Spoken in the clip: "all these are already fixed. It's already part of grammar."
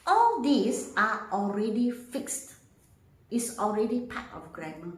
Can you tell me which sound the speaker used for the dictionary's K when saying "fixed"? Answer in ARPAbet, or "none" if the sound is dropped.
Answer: K